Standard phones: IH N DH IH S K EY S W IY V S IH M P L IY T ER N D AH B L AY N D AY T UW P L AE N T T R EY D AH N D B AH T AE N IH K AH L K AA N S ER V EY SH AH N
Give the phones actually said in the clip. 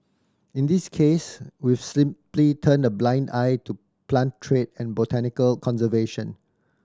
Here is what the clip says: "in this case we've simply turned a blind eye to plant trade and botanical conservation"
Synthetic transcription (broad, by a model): IH N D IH S K EY S W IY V S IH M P L IY T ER N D AH B L AY N D AY T UW P L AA N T T R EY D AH N B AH T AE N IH K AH L K AA N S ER V EY SH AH N